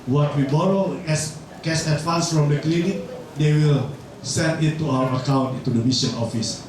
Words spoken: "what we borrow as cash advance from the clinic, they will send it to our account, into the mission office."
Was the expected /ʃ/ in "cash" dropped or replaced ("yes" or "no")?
yes